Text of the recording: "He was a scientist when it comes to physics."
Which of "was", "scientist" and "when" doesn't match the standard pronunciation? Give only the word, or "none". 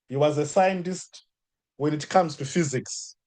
none